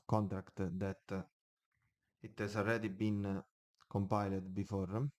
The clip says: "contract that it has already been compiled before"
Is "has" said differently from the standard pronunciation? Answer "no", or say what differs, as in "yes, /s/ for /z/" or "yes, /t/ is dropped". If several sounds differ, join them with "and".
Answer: yes, /s/ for /z/